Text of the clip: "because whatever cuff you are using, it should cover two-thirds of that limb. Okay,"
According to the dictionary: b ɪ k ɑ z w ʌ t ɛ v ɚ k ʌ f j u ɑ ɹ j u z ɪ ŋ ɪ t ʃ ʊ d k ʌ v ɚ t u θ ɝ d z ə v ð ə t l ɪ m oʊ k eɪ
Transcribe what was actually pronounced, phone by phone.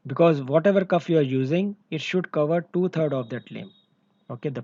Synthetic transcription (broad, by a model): b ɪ k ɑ z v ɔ t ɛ v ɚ k ʌ f j u ɑ ɹ j u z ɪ ŋ ɪ t ʃ ʊ d k ʌ v ɚ t u t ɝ d ə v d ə t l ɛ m oʊ k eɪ